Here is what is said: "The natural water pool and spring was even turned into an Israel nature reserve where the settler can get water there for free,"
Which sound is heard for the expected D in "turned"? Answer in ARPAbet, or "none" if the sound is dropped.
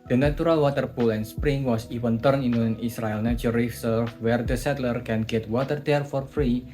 none